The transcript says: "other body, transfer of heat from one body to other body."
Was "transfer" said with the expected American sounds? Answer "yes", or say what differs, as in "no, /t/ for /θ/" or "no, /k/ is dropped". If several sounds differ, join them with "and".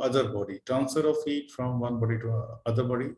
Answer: no, /ɹ/ is dropped and /f/ is dropped